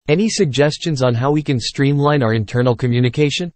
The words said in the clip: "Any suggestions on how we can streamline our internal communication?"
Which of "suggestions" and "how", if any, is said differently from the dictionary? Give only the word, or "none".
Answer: none